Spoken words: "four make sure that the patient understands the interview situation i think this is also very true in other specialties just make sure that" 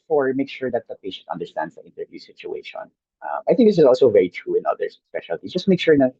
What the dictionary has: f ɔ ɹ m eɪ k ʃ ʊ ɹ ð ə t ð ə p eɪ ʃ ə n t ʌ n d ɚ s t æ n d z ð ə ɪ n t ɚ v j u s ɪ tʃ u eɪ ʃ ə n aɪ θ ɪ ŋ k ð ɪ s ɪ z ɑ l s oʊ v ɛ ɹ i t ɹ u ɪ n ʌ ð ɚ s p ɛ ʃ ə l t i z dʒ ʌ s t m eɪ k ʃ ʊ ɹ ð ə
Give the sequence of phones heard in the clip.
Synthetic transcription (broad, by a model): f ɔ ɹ m eɪ k ʃ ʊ ɹ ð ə t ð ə p eɪ ʃ ə n t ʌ n d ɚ s t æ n d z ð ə ɪ n t ɚ v j u s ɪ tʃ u eɪ ʃ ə n aɪ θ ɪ ŋ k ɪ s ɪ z ɑ l s oʊ v ɛ ɹ i t ɹ u ɪ n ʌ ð ɚ s p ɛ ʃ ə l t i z dʒ ʌ s t m eɪ k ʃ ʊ ɹ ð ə